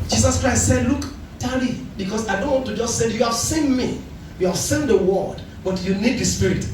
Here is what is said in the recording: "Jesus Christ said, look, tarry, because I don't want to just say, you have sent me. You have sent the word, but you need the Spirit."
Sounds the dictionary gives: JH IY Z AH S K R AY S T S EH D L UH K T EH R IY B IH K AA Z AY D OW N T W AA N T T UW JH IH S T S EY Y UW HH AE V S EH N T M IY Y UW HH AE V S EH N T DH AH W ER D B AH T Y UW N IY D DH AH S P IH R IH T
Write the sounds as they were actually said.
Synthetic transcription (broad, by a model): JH IY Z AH S K R AY S T S EH D L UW K T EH L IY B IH K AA S AY D OW N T W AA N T T UW JH IH S T S EY Y UW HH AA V S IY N M IY Y UW HH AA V S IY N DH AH W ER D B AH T Y UW N IY D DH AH S P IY R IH T